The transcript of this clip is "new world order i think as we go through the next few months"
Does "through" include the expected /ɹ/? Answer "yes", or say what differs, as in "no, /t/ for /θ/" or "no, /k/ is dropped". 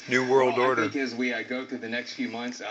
no, /ɹ/ is dropped